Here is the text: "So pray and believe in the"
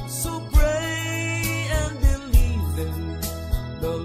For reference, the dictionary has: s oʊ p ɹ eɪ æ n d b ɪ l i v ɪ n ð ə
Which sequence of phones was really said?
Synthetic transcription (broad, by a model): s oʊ b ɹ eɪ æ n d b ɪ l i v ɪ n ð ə